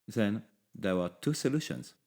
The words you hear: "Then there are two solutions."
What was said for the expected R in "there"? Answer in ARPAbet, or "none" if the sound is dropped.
W